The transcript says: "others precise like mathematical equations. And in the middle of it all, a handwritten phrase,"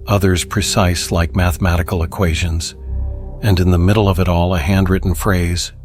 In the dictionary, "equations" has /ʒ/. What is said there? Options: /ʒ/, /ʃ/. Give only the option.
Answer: /ʒ/